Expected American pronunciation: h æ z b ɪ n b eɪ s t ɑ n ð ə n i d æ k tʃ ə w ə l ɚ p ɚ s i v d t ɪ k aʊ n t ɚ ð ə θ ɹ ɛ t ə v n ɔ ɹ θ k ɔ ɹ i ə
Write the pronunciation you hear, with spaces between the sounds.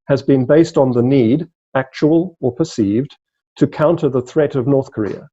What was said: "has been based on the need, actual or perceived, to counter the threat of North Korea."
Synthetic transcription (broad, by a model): h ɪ z b ɪ n b eɪ s t n ð ə n i d æ k tʃ ə w ə l ɚ p ɚ s i v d t ɪ k aʊ n t ɚ ð ə θ ɹ ɛ t ə v n ɔ ɹ θ k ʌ ɹ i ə